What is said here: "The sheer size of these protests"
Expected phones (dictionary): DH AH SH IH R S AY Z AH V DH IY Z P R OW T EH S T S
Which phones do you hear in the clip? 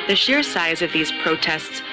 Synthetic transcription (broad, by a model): DH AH SH IH R S AY Z AH V DH IY Z P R OW T EH S T S